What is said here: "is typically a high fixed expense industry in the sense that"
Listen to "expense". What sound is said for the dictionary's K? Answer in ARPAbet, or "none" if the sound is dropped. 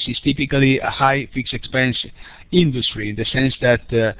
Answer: K